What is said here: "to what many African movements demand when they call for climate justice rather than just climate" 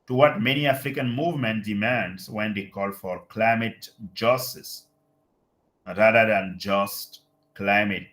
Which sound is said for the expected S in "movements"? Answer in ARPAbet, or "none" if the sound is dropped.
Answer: none